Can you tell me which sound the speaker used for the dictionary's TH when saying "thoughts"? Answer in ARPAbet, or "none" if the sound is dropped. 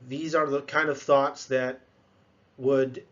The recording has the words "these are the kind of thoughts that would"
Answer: TH